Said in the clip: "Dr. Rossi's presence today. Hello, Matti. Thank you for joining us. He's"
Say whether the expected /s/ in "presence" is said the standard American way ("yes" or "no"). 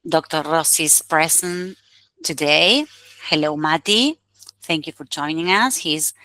no